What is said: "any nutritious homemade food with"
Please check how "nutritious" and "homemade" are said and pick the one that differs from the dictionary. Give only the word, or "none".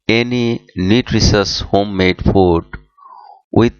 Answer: nutritious